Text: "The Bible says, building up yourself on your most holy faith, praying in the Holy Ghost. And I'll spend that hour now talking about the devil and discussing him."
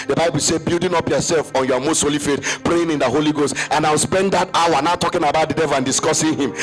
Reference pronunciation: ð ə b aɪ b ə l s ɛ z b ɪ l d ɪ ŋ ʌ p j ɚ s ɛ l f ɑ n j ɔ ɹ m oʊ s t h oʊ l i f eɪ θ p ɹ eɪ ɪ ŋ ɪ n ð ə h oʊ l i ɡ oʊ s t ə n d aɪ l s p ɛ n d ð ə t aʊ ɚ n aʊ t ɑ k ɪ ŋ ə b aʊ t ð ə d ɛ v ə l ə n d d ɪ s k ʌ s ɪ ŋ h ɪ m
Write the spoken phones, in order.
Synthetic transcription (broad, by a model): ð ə b aɪ b ə l s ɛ b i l d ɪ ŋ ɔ p j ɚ s ɛ l f ɑ n j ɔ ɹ m oʊ s t h oʊ l i f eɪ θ p ɹ eɪ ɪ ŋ ɪ n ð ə h oʊ l i ɡ oʊ s t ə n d aɪ w s p ɛ n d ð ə t aʊ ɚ n aʊ t ɑ k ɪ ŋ ə b aʊ t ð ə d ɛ v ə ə n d d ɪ s k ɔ s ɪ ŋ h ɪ m